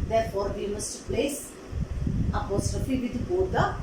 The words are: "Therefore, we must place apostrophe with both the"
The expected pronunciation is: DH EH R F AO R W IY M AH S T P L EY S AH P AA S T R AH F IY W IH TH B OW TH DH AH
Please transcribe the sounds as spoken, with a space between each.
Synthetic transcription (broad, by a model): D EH R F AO R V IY M AH S T P L EY S AH P AA S T R AH F IY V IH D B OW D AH